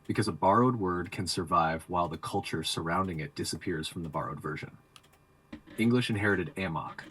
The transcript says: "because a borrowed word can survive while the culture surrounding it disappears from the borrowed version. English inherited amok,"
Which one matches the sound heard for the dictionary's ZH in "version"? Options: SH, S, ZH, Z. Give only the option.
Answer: ZH